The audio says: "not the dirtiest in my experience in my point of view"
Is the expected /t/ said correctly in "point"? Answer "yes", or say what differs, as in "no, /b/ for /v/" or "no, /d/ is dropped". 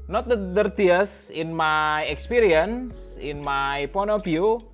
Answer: no, /t/ is dropped